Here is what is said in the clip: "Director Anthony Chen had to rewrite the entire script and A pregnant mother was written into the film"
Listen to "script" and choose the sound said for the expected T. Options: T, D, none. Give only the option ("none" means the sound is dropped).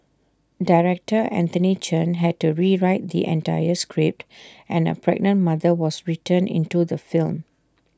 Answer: T